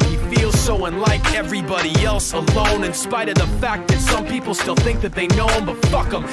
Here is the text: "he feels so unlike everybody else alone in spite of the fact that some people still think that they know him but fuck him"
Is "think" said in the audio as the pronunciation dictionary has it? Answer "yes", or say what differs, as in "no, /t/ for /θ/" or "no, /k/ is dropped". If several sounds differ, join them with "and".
yes